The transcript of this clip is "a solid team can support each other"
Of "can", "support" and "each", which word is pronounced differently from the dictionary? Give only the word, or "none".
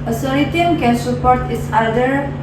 each